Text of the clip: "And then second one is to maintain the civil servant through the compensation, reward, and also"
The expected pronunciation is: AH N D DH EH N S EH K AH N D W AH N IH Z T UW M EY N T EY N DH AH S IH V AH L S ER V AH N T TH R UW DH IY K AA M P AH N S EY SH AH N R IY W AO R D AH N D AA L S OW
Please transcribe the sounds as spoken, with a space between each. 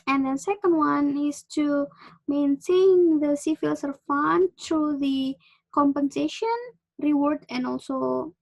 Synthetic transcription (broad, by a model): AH N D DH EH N S EH K AH N D W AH N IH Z T UW M EY N T EY N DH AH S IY F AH L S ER F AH N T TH R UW DH IY K AA M P AH N S EY SH AH N R IY W AO R D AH N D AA L S OW